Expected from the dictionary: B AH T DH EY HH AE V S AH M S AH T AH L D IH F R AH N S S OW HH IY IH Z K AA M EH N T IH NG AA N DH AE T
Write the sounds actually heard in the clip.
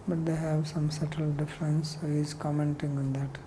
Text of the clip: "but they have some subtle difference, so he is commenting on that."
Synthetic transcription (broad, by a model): B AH T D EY HH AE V S AH M S AH T AH L D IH F R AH N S S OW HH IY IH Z K AA M EH N T IH NG AA N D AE T